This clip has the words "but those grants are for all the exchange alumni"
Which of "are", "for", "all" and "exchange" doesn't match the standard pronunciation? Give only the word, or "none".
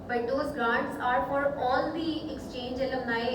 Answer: none